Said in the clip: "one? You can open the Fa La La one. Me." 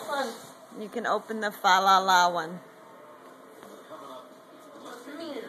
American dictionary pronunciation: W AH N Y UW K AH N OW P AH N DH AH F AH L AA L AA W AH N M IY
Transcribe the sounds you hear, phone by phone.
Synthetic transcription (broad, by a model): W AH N Y UW K AH N OW P AH N DH AH F AH L AA L AA W AH N